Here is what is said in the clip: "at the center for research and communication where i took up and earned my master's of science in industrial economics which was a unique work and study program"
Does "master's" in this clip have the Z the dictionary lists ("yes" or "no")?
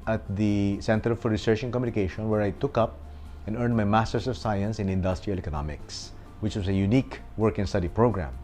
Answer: no